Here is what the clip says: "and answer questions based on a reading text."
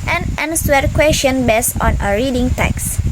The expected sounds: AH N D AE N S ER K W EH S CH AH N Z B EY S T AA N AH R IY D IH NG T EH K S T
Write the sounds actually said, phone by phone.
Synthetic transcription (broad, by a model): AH N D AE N S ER K W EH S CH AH N B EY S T AA N AH R IY D IH NG T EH K S